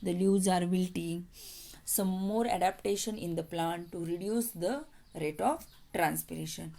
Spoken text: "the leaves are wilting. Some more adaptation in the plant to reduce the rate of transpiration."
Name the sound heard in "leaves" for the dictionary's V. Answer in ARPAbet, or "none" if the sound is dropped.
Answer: none